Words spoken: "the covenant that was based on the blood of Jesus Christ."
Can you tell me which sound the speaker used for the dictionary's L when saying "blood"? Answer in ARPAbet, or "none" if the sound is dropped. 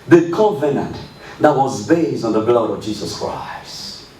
L